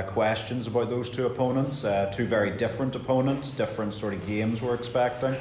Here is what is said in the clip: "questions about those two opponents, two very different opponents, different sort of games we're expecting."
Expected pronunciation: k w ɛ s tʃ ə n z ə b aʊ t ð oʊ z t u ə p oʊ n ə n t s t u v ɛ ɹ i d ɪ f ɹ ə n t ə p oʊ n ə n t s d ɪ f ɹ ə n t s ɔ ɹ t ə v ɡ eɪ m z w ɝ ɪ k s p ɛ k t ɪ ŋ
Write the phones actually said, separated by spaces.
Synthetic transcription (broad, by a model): k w ɛ s tʃ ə n z ə b aʊ t ð oʊ z t u ə p oʊ n ə n t s t u v ɛ ɹ i d ɪ f ɹ ə n t ə p oʊ n ə n t s d ɪ f ɹ ə n t s ɔ ɹ t ə v ɡ eɪ m z w ɝ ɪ k s p ɛ k t ɪ ŋ